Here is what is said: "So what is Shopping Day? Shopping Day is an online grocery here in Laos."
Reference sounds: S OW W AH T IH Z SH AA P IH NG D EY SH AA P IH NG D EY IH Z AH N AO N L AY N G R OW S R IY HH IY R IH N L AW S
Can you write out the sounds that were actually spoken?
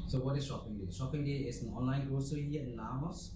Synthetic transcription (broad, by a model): S OW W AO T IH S SH AA P IH NG D EY SH AA P IH NG D EY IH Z AH N AO N L AY N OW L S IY HH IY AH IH N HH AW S